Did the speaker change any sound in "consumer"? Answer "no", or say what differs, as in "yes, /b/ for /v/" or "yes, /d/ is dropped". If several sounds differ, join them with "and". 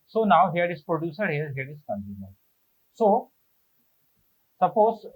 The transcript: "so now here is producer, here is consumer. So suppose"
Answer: yes, /s/ is dropped